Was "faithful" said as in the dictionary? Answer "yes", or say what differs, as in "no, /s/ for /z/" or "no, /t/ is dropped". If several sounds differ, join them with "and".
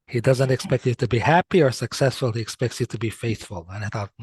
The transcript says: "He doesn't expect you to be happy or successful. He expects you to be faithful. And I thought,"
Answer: yes